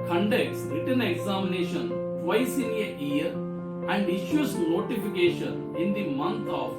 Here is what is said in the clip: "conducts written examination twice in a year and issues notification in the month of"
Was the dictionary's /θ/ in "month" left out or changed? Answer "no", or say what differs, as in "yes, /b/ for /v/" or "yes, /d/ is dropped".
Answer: yes, /t/ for /θ/